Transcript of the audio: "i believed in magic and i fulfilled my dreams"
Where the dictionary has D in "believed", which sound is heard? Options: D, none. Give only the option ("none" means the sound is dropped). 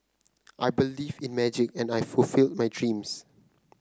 none